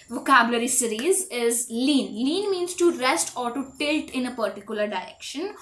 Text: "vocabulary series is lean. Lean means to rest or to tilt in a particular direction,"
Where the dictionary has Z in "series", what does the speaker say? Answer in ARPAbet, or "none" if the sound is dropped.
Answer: Z